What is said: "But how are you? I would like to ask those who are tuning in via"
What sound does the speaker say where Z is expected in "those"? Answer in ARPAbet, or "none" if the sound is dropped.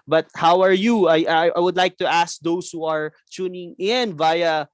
S